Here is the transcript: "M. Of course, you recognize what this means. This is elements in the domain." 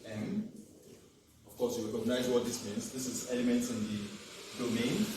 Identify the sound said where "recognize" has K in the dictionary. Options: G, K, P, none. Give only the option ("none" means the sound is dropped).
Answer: none